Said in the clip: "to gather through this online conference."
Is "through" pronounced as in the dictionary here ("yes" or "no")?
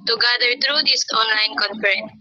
no